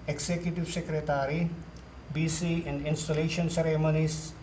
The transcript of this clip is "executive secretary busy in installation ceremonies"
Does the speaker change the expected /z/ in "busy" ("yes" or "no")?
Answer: yes